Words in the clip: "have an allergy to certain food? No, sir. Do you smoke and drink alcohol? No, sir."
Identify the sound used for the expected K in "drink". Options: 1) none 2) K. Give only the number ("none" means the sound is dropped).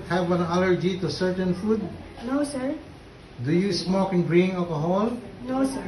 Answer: 1